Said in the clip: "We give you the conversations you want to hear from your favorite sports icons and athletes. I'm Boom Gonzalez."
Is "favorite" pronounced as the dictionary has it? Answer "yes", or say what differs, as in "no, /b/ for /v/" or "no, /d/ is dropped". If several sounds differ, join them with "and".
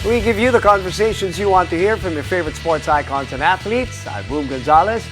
yes